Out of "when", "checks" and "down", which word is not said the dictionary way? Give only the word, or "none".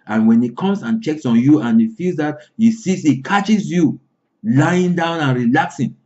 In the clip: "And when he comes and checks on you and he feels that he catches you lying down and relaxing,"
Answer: none